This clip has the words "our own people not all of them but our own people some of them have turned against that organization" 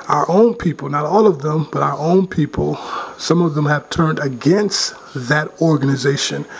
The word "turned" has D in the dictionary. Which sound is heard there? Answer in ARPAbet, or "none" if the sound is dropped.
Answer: D